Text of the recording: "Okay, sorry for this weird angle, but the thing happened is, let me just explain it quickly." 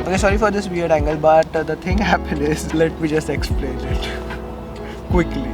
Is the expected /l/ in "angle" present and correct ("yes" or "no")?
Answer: yes